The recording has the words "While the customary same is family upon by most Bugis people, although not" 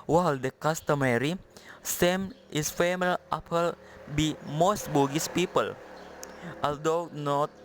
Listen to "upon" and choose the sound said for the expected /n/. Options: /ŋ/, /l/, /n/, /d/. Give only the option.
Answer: /l/